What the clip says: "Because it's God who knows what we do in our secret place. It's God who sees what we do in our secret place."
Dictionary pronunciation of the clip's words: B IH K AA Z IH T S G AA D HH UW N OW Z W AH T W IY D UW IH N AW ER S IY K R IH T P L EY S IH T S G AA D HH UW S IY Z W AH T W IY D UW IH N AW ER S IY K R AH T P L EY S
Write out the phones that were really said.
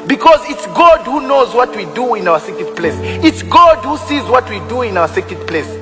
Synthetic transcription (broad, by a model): B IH K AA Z IH T S G AA D HH UW N OW Z W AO T W IY D UW IH N AW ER S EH K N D P L EY S IH T S G AA D HH UW S IY Z W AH T W IY D UW IH N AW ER S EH K AH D P L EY S